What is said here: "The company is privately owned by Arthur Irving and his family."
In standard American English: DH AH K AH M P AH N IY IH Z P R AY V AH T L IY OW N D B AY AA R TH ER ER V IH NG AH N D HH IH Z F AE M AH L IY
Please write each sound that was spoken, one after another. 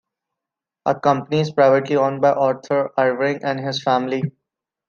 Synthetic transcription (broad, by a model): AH K AH M P AH N IY IH Z P R AY V AH T L IY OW N B AY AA R T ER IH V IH NG AH N D HH IH Z F AE M AH L IY